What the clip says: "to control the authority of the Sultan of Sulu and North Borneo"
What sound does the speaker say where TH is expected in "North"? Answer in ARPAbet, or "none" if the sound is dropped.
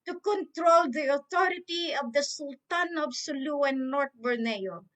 T